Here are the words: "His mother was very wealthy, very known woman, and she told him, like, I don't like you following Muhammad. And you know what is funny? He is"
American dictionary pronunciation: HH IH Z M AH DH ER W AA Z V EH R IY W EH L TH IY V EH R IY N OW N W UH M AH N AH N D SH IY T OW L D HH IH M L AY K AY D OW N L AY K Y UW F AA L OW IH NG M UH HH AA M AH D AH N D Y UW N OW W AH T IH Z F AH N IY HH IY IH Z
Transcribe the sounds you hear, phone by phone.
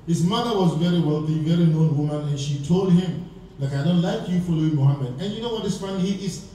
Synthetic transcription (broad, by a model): HH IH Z M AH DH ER W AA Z V EH R IY W EH L TH IY V EH R IY N OW N W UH M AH N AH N SH IY T OW L D HH IH M L AY K AY D OW N L AY K Y UW F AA L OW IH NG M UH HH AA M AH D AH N Y UW N OW W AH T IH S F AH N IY HH IY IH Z